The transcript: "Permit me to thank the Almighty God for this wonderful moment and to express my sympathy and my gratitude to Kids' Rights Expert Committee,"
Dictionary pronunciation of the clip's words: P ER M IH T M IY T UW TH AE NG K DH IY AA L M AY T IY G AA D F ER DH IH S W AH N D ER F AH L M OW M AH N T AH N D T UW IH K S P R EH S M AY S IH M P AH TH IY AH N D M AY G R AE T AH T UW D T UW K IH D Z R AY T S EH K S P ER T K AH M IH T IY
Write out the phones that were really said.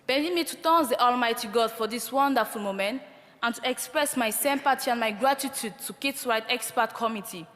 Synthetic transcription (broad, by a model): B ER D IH M IY T UW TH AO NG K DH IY AA L M AY T IY G AA D F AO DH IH S W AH N D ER F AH L M OW M AH N T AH N T UW IH K S P R EH S M AY S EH M P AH T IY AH N M AY G R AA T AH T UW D T UW K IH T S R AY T EH K S P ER T K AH M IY T IY